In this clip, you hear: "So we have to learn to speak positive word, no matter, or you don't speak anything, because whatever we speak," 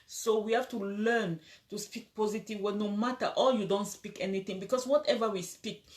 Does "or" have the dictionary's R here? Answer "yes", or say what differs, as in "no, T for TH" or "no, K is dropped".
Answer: no, L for R